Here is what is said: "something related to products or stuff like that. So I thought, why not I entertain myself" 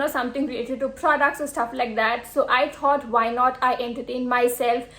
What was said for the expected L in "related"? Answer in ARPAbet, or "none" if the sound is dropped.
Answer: none